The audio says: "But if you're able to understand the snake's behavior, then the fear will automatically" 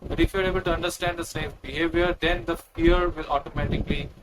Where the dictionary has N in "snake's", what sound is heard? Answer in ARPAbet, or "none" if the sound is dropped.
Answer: none